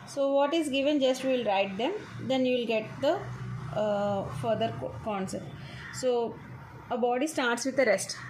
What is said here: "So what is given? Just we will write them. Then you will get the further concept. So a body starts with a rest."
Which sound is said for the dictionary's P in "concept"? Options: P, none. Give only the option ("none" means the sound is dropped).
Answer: none